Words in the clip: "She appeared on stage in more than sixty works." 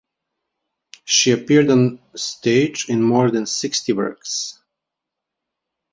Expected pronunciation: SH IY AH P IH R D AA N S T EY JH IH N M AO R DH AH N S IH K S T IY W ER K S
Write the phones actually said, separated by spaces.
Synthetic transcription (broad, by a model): SH IY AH P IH R D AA N S T EY JH IH N M AO R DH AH N S IH K S T IY W ER K S